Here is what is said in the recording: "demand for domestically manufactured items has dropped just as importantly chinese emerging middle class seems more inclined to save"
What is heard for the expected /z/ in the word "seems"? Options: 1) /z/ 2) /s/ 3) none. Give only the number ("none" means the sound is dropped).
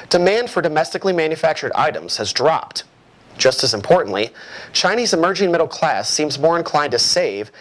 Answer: 1